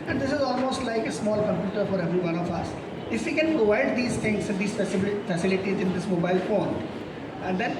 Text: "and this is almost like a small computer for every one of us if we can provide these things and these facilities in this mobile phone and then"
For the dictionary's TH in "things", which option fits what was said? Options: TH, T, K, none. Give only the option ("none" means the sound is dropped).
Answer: T